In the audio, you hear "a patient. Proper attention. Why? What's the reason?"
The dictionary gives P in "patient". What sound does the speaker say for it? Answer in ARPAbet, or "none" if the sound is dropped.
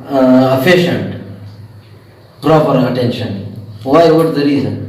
F